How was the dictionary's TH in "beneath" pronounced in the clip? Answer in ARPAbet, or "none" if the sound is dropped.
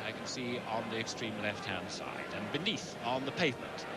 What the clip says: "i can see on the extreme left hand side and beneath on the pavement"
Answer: TH